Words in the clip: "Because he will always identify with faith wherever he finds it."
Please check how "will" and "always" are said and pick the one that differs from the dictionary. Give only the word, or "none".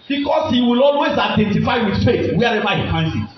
always